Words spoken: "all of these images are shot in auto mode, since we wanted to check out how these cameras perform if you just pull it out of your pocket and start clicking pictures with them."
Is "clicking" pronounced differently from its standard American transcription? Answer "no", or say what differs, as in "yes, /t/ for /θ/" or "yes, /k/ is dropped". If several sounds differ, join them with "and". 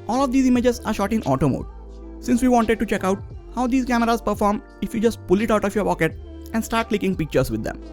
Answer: no